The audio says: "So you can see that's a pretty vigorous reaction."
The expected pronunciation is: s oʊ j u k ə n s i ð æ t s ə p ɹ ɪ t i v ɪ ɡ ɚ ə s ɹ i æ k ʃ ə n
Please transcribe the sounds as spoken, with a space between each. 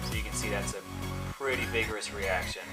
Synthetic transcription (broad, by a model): j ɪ k ə n s i ð æ t s ə p ɹ ɪ t i v ɪ ɡ ɚ ə s ɹ i æ k ʃ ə n